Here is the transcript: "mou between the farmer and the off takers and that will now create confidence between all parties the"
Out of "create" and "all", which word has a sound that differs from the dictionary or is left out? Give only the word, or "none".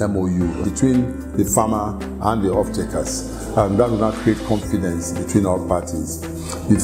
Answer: all